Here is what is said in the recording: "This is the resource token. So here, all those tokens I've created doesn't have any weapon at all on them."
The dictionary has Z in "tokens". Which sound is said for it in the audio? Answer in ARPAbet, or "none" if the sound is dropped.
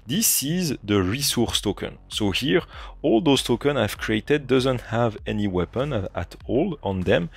none